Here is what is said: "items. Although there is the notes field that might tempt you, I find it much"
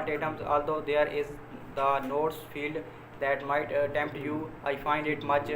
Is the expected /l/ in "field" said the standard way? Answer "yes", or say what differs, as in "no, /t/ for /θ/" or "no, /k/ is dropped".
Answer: yes